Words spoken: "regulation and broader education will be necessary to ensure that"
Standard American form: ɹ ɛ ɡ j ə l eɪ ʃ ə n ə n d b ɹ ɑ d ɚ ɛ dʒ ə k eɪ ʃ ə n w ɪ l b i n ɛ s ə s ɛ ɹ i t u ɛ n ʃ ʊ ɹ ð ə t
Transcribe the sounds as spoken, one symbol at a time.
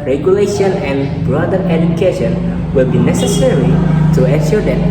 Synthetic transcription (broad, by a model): ɹ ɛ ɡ j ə l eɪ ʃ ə n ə n b ɹ ɑ d ɚ ɛ dʒ ə k eɪ ʃ ə n w ɪ l b i n ɛ s ə s ɛ ɹ i t u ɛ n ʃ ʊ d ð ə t